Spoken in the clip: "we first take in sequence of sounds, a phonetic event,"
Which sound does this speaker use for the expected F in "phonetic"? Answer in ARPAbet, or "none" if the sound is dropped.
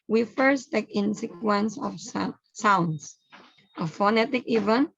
F